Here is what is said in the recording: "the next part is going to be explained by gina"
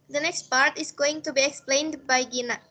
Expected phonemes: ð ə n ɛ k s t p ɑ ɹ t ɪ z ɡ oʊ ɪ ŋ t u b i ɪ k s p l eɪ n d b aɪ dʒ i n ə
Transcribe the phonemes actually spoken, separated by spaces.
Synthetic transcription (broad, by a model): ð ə n ɛ k s t p ɑ ɹ t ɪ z ɡ oʊ ɪ ŋ t u b i ɪ k s p l eɪ n d b aɪ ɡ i n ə